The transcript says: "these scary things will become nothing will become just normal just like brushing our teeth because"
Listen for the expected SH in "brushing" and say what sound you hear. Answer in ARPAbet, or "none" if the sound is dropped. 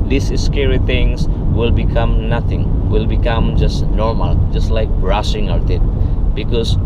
S